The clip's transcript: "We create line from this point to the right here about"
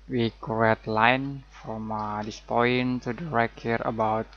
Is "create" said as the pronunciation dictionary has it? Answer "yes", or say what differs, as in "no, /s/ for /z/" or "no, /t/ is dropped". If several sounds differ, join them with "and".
no, /ɹ/ is dropped